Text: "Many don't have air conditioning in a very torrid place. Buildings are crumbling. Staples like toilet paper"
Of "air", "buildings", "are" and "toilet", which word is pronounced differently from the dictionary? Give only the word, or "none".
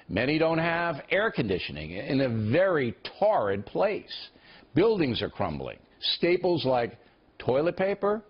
none